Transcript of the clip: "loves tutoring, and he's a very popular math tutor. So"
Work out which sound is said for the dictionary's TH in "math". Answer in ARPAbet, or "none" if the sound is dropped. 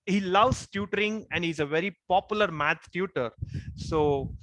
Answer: T